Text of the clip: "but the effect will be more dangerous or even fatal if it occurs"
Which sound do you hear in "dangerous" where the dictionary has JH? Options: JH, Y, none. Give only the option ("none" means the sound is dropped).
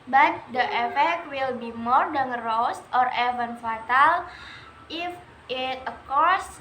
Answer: none